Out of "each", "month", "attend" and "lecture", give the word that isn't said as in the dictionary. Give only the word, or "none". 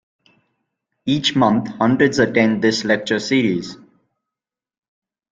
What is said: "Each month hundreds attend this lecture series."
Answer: month